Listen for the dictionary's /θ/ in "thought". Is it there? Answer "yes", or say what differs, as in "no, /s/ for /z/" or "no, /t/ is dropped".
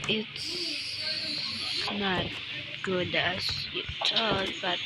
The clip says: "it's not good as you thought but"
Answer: no, /t/ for /θ/